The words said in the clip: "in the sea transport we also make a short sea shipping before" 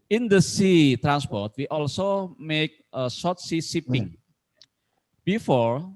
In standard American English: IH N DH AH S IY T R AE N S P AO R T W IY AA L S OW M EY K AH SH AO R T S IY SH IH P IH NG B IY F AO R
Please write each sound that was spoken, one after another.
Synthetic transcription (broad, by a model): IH N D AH S IY T R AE N S P AO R T W IY AA L S OW M EY K AH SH AO T S IY S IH P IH NG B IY F AO R